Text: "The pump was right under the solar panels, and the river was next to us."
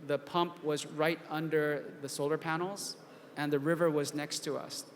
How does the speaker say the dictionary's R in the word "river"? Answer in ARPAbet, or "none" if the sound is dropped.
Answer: R